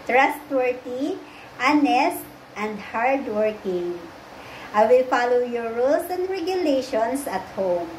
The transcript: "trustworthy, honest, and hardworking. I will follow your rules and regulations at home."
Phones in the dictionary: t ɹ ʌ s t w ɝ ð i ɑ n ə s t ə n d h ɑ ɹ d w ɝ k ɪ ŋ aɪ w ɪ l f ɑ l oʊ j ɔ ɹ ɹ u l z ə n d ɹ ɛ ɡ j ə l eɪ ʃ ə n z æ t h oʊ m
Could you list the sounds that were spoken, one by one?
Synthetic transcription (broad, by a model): t ɹ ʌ s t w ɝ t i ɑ n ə s t ə n d h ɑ ɹ d w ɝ k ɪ ŋ aɪ w ɪ l f ɑ l oʊ j ɔ ɹ ɹ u l s ə n d ɹ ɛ ɡ j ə l eɪ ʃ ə n s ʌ t h oʊ m